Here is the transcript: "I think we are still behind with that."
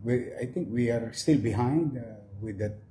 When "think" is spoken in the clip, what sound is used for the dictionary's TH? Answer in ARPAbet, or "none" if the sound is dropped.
T